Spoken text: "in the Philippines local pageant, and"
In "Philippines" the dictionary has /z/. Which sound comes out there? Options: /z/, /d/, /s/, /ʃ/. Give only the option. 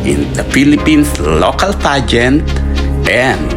/s/